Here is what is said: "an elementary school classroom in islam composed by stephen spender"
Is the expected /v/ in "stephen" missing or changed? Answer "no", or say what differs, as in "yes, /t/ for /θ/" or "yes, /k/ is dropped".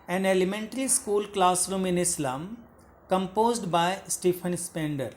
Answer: yes, /p/ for /v/